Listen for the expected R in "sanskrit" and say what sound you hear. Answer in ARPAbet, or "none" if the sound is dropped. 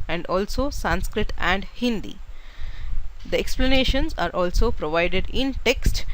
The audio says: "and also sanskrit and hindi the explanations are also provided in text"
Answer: R